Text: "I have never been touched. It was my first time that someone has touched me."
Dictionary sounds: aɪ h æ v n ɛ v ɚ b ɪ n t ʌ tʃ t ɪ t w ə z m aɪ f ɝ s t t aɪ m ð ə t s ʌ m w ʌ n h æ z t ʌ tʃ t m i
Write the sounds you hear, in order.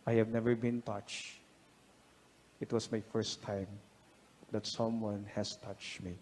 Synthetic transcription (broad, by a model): aɪ h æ v n ɛ v ɚ b ɪ n t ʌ tʃ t ɪ t w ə s m aɪ f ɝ s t t aɪ m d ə t s ʌ m w ʌ n h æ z t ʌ tʃ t m i